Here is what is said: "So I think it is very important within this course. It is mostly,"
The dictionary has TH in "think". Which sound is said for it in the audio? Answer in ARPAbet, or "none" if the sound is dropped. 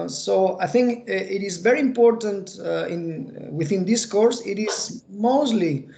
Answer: TH